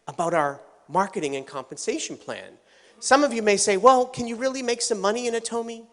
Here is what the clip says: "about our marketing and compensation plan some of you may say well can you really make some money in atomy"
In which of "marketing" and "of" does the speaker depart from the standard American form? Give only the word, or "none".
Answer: none